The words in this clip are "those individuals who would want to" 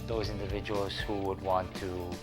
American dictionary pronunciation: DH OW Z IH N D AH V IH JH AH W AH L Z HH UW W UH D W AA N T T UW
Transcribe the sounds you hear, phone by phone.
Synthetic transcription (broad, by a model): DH OW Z IH N D AH V IH JH AH W AH L Z HH UW W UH D W AA N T T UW